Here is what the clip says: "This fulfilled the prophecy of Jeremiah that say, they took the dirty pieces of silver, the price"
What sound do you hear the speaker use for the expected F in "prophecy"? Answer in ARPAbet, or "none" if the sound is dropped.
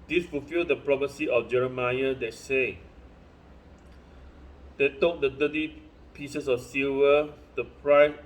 P